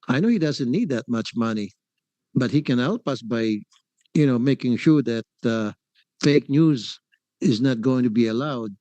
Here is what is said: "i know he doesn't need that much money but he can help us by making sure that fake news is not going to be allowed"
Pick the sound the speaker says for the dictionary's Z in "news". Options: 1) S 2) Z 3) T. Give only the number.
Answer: 2